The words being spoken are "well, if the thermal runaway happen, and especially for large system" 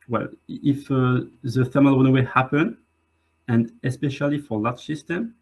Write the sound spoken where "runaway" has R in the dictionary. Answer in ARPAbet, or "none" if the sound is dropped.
W